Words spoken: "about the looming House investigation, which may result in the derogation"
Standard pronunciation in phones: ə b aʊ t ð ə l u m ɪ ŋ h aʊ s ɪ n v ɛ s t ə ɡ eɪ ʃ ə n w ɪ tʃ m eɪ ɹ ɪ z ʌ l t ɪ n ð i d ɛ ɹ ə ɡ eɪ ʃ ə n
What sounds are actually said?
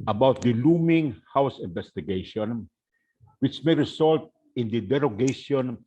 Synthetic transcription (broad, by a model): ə b aʊ t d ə l u m ɪ ŋ h aʊ s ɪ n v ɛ s t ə ɡ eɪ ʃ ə n w ɪ tʃ m eɪ ɹ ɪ s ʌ l t ɪ n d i d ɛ ɹ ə ɡ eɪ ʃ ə n